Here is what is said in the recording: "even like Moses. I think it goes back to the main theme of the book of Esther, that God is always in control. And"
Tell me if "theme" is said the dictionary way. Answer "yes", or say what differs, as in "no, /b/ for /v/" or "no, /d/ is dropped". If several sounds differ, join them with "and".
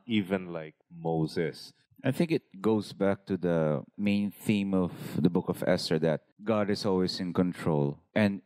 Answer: yes